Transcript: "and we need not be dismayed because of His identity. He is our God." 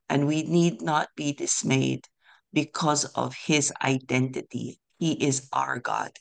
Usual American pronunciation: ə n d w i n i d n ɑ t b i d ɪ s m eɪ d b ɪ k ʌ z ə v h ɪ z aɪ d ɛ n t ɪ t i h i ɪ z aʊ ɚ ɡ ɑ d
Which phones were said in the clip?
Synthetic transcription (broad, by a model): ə n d w i n i d n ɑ t b i d ɪ s m eɪ d b ɪ k ʌ z ə v h ɪ z aɪ d ɛ n t ɪ t i h i ɪ z aʊ ɚ ɡ ɑ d